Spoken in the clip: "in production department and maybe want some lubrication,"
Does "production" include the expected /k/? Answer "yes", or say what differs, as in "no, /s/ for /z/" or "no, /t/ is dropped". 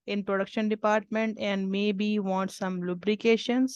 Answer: yes